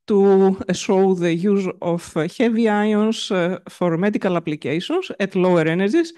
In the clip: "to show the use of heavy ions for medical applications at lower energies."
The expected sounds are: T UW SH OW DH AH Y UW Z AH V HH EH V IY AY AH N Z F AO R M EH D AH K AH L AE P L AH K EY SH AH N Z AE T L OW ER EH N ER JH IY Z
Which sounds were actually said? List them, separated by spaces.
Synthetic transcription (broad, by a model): T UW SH OW DH AH Y UW Z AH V HH EH V IY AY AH N S F AO R M EH D AH K AH L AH P L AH K EY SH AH N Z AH T L OW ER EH N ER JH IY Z